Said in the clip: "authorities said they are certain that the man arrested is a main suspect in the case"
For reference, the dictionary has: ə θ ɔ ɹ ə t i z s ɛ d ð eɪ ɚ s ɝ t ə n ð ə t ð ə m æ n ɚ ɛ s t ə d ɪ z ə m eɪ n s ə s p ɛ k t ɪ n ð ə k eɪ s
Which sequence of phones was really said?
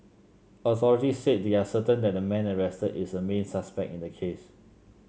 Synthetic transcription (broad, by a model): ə s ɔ ɹ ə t i s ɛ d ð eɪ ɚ s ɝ t ə n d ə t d ə m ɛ n ɚ ɛ s t ə d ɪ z ə m eɪ n s ə s p ɛ k t ɪ n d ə k eɪ s